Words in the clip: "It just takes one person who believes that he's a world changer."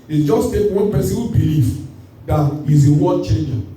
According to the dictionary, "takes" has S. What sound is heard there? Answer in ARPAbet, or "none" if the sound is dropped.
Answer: none